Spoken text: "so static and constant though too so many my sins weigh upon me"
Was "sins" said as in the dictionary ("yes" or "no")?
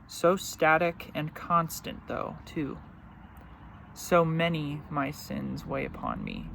yes